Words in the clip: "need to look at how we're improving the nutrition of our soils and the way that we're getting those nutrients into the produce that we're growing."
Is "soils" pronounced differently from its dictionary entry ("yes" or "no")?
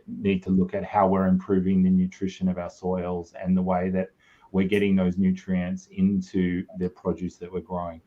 no